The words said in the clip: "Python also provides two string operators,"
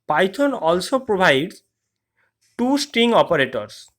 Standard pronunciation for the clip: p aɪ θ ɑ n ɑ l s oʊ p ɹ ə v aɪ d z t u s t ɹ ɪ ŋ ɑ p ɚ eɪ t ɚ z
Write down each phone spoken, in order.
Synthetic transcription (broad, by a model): p aɪ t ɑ n ɑ l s oʊ p ɹ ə b aɪ d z t u s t ɹ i ŋ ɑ p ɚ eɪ t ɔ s